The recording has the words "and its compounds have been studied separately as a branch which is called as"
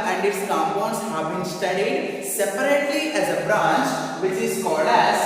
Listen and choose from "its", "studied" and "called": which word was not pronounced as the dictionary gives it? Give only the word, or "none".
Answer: called